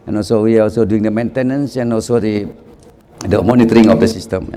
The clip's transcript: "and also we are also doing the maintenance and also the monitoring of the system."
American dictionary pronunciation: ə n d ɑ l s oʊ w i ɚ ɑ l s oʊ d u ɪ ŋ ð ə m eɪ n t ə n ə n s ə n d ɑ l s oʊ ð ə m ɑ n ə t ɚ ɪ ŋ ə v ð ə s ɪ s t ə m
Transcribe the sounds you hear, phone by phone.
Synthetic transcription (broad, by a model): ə n ɑ l s oʊ w i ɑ ɑ l s oʊ d u ɪ ŋ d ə m eɪ n t ə n ə n s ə n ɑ l s oʊ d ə m ɑ n ə t ɚ ɪ ŋ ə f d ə s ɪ s t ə m